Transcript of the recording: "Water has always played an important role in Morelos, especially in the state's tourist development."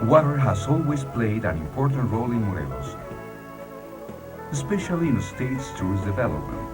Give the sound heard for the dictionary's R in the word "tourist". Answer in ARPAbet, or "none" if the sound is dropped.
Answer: none